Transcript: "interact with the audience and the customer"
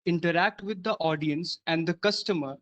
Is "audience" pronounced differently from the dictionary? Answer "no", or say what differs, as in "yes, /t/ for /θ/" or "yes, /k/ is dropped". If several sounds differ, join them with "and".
no